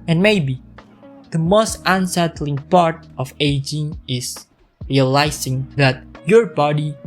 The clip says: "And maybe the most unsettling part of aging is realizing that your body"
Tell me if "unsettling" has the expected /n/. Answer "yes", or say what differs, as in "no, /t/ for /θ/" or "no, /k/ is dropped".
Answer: yes